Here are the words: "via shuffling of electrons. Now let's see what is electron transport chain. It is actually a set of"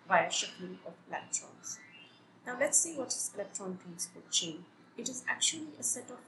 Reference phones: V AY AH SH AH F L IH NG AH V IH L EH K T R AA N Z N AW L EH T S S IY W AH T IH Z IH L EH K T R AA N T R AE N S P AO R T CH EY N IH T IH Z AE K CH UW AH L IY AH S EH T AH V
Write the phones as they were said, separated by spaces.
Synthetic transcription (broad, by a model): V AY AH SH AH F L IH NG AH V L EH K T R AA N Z N AW L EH T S S IY W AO T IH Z L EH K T AA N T AE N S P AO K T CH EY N IH T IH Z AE K CH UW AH L IY AH S EH T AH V